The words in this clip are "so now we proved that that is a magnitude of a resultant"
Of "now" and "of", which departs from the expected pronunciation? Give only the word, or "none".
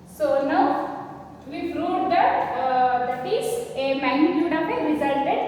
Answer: of